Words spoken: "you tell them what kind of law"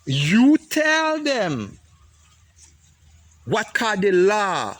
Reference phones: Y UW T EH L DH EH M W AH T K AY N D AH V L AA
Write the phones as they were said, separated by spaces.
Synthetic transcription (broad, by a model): Y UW T EH L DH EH M W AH T K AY D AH L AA